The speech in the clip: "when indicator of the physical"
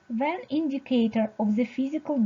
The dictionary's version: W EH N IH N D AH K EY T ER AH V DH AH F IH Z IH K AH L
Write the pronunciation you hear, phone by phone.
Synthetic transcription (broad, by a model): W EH N IH N D AH K EY T ER AH V DH AH F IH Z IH K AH L